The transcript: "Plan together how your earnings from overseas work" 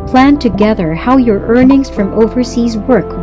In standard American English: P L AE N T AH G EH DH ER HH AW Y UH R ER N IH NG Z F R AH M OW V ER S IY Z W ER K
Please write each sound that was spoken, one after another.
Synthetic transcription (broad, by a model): P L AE N T AH G EH DH ER HH AW Y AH R ER N IH NG Z F R AH M OW V ER S IY Z W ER K